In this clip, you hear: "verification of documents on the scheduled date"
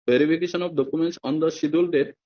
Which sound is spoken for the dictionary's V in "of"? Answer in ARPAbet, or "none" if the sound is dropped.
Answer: B